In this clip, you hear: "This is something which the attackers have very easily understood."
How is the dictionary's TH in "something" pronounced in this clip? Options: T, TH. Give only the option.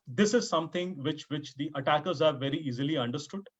T